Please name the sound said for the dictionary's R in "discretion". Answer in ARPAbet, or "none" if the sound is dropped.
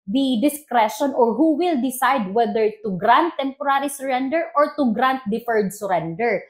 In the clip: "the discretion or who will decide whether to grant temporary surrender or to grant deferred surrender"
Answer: R